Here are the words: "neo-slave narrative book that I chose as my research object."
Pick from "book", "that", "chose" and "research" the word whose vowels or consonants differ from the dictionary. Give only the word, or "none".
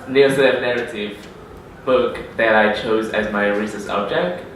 research